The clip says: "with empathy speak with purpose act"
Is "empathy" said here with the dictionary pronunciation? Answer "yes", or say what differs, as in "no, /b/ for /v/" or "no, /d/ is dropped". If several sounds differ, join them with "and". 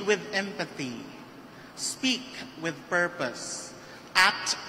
yes